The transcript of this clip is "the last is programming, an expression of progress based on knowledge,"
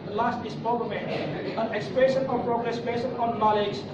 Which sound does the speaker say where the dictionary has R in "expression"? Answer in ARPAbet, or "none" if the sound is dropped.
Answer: none